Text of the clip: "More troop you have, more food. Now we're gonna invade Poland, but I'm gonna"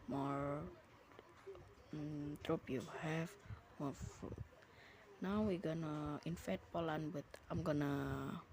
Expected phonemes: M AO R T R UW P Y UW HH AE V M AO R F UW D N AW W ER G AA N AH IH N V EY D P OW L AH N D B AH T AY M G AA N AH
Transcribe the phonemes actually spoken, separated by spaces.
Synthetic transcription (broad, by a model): M AO R T R UW P Y UW HH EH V M AO R F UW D N AW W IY G AA N AH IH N F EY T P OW L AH N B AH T AY M G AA N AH